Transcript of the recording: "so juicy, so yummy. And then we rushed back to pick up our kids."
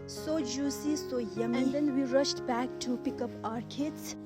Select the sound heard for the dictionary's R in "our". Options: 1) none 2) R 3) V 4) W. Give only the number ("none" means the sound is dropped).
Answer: 2